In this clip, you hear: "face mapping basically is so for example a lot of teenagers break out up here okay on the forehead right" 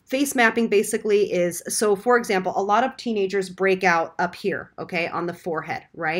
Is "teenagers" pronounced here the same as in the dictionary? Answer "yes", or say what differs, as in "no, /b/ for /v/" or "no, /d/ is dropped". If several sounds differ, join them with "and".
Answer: yes